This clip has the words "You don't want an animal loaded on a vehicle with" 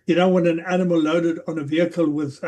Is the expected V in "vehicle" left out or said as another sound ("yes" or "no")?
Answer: no